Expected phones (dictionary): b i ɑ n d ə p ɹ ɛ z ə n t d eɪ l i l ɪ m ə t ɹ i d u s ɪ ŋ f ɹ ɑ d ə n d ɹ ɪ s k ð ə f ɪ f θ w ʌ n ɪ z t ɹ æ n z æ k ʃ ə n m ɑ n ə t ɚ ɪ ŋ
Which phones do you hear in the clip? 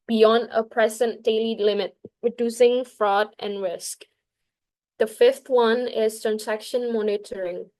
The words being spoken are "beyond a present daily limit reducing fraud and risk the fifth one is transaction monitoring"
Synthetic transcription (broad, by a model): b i ɑ n d ə p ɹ ɛ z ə n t d eɪ l i l ɪ m ə t ɹ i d u s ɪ ŋ f ɹ ɑ d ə n ɹ ɪ s k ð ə f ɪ f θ w ʌ n ɪ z t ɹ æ n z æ k ʃ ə n m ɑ n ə t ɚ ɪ ŋ